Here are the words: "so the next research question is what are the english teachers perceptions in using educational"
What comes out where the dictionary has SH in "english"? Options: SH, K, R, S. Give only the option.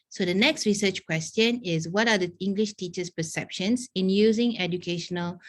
SH